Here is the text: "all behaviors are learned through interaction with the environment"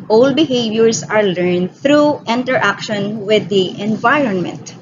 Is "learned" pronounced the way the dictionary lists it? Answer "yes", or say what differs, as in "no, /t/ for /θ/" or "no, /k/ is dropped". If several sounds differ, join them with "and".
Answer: yes